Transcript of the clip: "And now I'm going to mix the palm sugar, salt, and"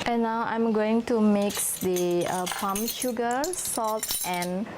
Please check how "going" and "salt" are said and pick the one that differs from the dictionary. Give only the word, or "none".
none